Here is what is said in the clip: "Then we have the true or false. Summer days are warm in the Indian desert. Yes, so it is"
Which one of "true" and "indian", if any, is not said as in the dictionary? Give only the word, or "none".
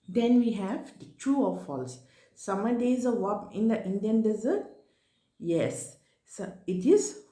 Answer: true